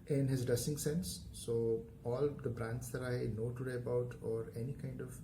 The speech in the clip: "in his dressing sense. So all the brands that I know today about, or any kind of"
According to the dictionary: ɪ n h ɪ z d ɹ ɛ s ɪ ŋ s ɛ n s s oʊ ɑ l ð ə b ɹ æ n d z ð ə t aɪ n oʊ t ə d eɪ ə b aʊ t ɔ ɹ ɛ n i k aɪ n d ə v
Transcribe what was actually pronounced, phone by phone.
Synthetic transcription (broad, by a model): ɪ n h ɪ z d ʌ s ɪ ŋ s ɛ n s s oʊ ɑ l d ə b ɹ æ n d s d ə t aɪ n oʊ t ə d eɪ ə b aʊ t ɔ ɹ ɛ n i k aɪ n d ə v